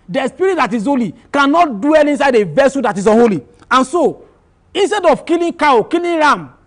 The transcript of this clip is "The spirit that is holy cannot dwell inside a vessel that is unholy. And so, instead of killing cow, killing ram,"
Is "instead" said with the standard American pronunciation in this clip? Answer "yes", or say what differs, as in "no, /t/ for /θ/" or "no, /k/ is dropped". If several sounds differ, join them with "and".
yes